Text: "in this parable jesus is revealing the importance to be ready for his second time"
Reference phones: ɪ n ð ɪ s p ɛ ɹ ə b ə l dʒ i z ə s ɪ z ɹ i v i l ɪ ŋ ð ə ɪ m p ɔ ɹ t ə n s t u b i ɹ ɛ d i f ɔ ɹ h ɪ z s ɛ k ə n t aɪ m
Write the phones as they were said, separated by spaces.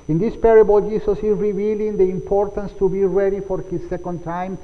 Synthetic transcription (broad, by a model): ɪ n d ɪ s p ɛ ɹ ə b ə l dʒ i s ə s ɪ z ɹ i v i l ɪ ŋ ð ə ɪ m p ɔ ɹ t ə n s t u b i ɹ ɛ d i f ɔ ɹ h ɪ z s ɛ k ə n t aɪ m